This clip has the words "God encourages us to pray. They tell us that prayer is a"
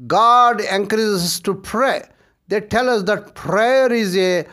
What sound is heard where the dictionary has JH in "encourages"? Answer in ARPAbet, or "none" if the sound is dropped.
Z